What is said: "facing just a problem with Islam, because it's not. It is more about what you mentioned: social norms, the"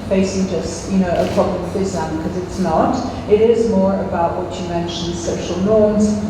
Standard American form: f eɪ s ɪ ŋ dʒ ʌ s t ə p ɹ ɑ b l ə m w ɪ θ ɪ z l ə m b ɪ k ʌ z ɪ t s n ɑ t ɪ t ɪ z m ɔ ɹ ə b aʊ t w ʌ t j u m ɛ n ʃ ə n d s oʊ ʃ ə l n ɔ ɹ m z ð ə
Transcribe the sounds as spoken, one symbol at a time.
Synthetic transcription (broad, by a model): f eɪ s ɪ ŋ dʒ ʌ s t ə p ɹ ɑ b l ə m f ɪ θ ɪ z ə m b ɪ k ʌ z ɪ t s n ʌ t ɪ t ɪ z m ɔ ɹ ə b aʊ t w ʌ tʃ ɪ m ɛ n ʃ ə n d s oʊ ʃ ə l n ɔ ɹ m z